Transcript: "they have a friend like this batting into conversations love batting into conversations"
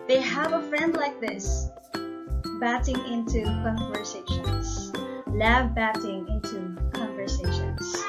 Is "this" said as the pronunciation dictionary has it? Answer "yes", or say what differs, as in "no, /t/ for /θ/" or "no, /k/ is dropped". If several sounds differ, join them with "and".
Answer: yes